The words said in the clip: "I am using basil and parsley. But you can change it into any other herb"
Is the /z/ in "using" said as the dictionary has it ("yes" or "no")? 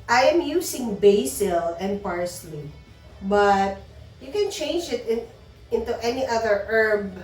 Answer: no